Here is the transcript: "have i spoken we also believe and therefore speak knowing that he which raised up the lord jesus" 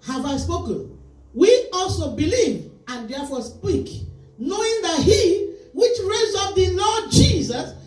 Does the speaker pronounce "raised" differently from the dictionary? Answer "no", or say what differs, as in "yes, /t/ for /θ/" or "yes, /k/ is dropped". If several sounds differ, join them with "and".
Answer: yes, /d/ is dropped